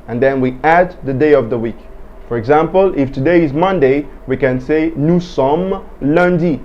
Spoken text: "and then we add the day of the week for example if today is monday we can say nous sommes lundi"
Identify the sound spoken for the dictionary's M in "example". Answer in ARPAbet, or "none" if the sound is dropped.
M